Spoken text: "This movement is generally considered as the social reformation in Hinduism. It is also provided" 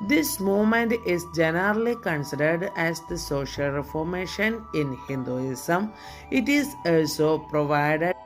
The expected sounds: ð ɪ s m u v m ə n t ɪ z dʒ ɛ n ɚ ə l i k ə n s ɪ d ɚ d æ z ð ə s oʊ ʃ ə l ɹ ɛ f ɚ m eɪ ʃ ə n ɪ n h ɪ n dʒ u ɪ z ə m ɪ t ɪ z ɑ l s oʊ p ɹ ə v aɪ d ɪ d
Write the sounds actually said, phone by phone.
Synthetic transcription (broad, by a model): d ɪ s m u m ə n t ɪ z dʒ ɛ n ɚ ə l i k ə n s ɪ d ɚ d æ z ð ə s oʊ ʃ ə l ɹ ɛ f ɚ m eɪ ʃ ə n ɪ n h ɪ n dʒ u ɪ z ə m ɪ t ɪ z ɑ l s oʊ p ɹ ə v aɪ d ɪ